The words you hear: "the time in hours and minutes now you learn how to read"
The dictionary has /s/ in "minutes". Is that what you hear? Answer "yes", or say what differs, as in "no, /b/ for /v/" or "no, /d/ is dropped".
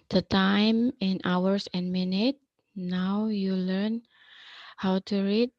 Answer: no, /s/ is dropped